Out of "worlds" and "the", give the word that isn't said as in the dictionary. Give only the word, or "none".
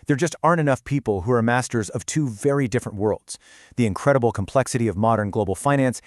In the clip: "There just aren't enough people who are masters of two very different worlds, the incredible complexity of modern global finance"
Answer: none